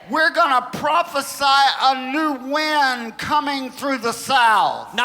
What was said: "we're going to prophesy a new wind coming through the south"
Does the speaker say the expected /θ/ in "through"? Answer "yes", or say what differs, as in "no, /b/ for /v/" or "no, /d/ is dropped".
yes